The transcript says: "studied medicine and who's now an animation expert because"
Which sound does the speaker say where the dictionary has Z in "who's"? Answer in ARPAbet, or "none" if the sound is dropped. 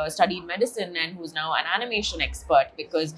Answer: Z